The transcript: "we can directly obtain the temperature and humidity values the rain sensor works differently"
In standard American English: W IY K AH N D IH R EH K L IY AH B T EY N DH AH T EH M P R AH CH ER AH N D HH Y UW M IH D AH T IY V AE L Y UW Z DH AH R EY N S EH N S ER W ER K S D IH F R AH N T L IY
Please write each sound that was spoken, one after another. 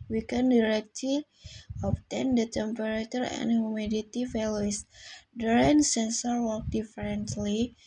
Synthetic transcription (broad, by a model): W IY K AH N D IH R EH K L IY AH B T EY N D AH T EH M P R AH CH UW AH N D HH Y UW M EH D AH T IY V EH L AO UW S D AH R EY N S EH N S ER W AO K D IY F R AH N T L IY